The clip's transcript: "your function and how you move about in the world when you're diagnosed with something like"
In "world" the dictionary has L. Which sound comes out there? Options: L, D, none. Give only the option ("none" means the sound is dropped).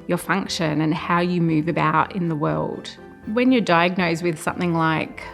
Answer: L